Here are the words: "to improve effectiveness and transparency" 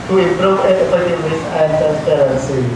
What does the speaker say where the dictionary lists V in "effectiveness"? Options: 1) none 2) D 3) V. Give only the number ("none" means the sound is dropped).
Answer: 1